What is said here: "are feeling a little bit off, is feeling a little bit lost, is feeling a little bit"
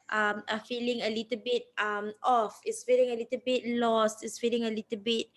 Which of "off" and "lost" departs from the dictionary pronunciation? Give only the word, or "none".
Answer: none